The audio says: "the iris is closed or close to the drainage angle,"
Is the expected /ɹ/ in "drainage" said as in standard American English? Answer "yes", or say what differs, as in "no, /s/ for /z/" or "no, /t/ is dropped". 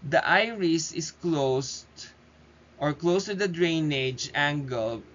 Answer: yes